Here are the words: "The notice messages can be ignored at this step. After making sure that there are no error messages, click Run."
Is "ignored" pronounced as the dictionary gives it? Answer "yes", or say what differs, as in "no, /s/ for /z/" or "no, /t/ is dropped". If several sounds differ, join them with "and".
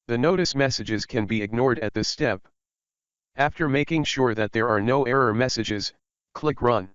yes